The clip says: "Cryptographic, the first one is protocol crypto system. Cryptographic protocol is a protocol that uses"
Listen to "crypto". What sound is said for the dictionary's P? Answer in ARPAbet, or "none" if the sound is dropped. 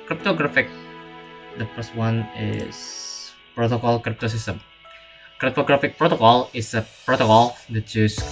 P